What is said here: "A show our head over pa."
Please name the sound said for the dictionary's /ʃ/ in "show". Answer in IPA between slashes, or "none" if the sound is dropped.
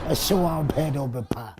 /s/